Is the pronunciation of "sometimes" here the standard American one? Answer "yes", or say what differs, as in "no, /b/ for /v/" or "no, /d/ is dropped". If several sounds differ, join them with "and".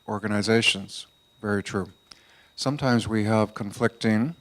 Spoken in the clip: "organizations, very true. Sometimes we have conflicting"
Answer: yes